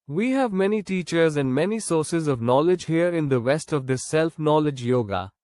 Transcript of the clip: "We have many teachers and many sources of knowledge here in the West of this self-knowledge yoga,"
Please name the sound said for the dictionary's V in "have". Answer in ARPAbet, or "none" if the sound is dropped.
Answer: V